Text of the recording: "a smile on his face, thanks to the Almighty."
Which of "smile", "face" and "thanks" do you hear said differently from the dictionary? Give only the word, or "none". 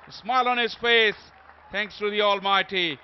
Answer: thanks